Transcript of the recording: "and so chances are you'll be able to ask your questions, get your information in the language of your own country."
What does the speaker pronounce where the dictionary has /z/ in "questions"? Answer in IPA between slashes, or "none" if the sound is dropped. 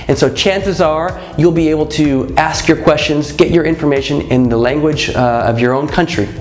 /z/